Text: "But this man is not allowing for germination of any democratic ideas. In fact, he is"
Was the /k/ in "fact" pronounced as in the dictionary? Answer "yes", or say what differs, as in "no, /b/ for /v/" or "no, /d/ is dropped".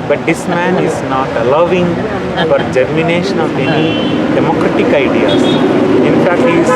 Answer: yes